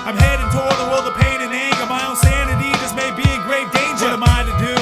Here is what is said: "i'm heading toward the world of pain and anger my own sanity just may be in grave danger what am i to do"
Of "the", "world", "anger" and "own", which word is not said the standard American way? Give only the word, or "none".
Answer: anger